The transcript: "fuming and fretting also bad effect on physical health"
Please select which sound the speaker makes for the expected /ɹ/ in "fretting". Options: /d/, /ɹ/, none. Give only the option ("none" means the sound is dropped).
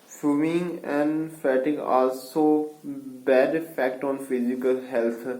none